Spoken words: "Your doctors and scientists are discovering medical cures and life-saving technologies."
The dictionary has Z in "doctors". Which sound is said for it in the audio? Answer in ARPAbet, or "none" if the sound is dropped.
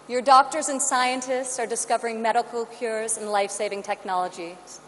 Z